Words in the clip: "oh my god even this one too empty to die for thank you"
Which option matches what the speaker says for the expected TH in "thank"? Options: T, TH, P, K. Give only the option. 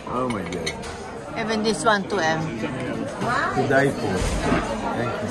T